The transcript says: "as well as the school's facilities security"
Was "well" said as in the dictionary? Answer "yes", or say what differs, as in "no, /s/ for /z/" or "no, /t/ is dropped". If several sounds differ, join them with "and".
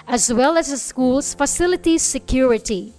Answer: yes